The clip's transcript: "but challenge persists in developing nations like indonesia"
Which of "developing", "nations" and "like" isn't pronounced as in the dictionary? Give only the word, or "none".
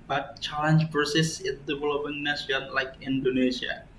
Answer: nations